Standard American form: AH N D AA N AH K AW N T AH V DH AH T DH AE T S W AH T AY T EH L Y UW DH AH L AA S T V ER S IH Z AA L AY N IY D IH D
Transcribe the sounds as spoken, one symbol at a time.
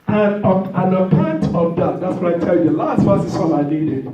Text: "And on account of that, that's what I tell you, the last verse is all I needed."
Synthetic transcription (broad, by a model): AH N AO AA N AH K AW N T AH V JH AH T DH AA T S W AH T AY T EH L Y UW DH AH L AA S T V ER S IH S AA N AY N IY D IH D